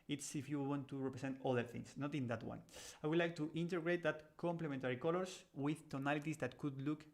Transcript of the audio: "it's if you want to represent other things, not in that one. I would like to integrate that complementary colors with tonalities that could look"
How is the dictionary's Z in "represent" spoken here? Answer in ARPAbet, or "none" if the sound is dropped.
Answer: S